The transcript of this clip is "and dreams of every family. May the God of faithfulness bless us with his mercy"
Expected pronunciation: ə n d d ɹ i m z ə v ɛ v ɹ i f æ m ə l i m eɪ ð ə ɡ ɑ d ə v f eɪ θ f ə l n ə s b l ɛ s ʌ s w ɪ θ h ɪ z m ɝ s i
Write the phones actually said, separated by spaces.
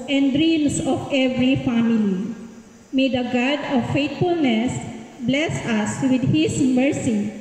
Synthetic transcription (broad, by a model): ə n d d ɹ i m s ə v ɛ v ɹ i f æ m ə l i m eɪ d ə ɡ ɑ d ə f eɪ t f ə l n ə s b l ɛ s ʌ s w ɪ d h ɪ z m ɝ s i